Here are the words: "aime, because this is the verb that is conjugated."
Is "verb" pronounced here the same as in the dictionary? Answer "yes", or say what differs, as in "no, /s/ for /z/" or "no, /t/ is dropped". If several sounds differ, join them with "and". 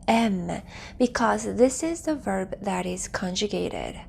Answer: yes